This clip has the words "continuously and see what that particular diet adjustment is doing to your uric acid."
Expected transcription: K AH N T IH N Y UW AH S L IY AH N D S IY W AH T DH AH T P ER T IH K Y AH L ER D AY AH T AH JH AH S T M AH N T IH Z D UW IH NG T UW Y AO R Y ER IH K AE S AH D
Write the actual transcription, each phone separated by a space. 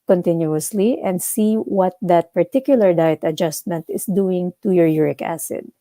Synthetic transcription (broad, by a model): K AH N T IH N Y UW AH S L IY AH N D S IY W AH T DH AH T P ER T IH K Y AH L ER D AY AH T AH JH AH S T M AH N T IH S D UW IH NG T UW Y AO R Y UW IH K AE S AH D